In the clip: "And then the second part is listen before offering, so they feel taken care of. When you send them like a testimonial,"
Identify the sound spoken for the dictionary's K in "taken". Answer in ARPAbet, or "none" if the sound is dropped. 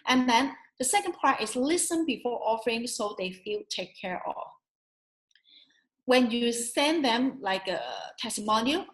none